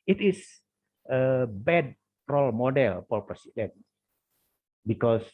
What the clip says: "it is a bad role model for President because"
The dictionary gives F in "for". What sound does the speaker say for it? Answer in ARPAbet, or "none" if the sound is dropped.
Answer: P